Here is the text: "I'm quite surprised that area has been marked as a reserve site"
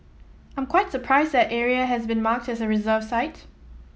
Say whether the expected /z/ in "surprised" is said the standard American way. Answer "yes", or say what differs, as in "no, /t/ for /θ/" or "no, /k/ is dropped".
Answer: yes